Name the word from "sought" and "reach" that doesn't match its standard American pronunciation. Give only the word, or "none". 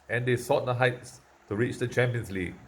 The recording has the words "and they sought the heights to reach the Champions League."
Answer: none